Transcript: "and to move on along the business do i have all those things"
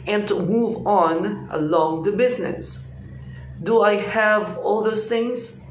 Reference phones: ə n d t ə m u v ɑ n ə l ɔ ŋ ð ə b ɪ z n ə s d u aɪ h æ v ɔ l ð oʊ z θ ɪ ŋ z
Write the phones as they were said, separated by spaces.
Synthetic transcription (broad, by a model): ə n t ə m u v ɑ n ə l ɔ ŋ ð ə b ɪ z n ə s d u aɪ h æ v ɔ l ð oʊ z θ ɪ ŋ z